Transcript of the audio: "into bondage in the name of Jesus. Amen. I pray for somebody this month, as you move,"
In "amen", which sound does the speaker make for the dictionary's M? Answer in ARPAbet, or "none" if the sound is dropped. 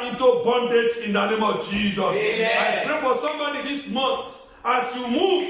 none